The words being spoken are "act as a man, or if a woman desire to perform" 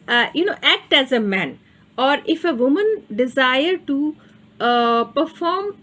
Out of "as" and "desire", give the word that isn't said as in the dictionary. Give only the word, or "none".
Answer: none